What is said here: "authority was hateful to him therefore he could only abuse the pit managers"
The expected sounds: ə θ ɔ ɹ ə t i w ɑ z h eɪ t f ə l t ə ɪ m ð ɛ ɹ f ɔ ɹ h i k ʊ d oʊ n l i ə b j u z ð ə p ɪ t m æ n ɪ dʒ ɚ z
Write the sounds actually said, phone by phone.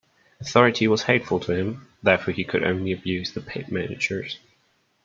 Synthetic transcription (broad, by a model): ə θ ɔ ɹ ə t i w ɑ z h eɪ t f ə l t ə ɪ m ð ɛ f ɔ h i k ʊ d oʊ n l i ə b j u z ð ə p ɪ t m æ n ɪ dʒ ɚ z